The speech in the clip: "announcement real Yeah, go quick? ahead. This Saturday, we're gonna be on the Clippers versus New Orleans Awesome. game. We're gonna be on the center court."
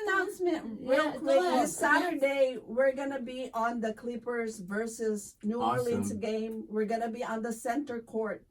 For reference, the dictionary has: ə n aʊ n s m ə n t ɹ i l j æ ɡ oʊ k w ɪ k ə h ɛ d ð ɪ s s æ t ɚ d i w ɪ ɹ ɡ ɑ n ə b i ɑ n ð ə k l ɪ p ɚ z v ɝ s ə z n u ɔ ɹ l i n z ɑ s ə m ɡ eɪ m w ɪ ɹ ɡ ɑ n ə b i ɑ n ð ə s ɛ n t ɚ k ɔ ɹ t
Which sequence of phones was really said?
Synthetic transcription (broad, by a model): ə n aʊ n s m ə n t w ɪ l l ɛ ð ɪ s s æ t ɚ d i w ɪ ɹ ɡ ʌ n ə b i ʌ n ð ə k l ɪ p ɚ z v ɝ s ə z n u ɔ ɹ l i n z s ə ɡ eɪ m w ɪ ɹ ɡ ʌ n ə b i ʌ n ð ə s ɛ n t ɚ k ɔ ɹ t